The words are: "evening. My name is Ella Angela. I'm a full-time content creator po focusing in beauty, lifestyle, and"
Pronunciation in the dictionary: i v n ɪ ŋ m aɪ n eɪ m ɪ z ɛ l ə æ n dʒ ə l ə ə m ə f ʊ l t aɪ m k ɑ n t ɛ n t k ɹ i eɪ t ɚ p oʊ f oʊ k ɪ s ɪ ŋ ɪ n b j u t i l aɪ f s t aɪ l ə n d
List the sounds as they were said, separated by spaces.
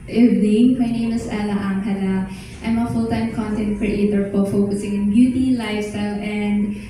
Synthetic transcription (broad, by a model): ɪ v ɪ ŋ m aɪ n eɪ m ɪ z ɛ l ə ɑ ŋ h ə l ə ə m ə f ʊ l t aɪ m k ɑ n t ɛ n t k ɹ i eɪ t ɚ f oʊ f oʊ k ɪ s ɪ ŋ ɪ n b j u t i l aɪ f s t aɪ l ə n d